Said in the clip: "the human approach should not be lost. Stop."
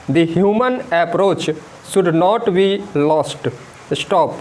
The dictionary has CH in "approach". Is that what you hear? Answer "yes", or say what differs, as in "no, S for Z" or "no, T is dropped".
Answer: yes